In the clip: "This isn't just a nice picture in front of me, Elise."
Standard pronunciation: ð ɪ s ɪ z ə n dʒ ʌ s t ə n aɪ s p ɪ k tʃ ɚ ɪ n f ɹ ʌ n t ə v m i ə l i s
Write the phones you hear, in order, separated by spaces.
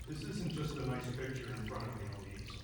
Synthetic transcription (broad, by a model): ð ɪ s ɪ z n dʒ ʌ s t ə n aɪ s p ɪ k tʃ ɚ ɪ n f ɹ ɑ t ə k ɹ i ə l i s